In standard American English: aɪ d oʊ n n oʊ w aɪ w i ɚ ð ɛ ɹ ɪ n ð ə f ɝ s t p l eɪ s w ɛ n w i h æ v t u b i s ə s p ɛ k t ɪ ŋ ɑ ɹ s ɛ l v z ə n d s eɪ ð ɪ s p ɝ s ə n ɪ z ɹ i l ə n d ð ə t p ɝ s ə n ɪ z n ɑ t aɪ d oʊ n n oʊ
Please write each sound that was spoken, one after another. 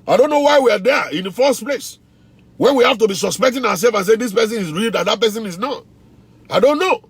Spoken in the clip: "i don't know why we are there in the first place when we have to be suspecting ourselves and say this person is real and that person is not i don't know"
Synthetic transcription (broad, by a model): aɪ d oʊ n n oʊ w aɪ w i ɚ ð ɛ ɪ n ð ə f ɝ s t p l eɪ s w ɛ n w i h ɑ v t u b i s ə s p ɛ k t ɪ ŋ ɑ w s ɛ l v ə n s eɪ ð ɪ s p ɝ s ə n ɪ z ɹ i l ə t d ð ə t p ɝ s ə n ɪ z n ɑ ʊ aɪ d oʊ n n oʊ